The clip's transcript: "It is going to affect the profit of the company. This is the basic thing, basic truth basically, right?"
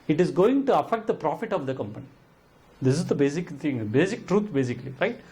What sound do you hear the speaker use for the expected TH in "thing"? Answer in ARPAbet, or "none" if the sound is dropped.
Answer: T